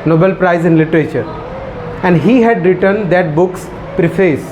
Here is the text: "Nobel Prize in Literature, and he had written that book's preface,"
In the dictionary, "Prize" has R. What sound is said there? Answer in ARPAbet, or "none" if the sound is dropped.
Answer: R